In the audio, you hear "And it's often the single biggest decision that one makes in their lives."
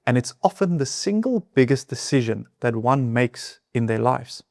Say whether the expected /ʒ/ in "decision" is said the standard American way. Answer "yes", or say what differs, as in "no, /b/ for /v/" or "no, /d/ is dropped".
yes